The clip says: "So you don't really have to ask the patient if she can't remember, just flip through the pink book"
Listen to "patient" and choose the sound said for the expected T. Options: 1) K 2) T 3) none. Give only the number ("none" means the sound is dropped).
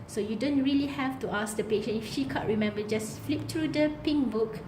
3